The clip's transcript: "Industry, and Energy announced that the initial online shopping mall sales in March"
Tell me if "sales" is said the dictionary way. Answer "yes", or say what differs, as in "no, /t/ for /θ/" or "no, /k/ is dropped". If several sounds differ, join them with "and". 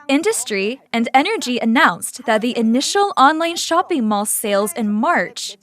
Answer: yes